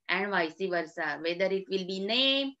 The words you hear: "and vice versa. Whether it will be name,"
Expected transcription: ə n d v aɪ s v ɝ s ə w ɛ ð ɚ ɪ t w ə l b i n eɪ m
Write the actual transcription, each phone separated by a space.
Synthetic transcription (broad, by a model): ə n d v aɪ s v ɝ s ə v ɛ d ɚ ɪ t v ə l b i n eɪ m